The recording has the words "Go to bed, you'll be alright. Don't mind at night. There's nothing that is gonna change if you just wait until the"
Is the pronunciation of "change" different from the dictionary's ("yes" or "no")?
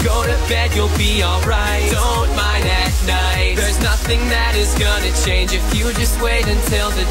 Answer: no